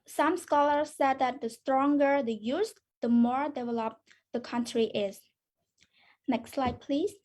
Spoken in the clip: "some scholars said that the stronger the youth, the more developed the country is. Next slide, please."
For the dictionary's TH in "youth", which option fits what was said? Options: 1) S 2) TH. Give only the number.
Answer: 1